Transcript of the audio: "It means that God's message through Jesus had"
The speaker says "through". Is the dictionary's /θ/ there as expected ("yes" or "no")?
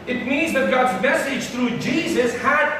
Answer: no